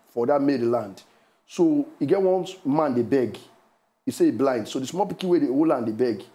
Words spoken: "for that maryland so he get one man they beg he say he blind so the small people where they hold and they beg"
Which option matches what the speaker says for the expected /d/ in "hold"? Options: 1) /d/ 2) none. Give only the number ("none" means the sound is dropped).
2